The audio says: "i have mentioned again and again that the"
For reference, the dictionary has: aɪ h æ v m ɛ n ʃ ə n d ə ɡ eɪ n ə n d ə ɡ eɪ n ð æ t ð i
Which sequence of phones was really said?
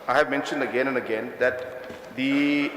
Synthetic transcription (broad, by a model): aɪ h æ v m ɛ n ʃ ə n d ə ɡ eɪ n ə n d ə ɡ eɪ n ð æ t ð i